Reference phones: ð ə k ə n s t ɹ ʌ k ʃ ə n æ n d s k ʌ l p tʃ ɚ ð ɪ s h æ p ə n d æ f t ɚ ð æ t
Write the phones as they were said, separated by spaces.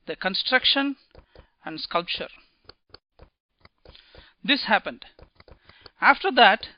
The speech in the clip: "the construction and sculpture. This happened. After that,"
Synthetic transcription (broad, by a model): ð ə k ə n s t ɹ ʌ k ʃ ə n æ n d s k ʌ l p tʃ ɚ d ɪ s h æ p ə n d æ f t ɚ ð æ t